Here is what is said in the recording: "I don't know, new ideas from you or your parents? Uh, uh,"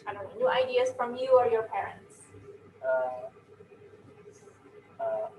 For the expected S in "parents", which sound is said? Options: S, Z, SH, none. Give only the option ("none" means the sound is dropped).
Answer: S